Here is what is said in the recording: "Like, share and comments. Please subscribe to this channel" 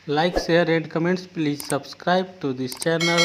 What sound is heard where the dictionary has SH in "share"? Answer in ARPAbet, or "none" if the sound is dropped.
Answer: S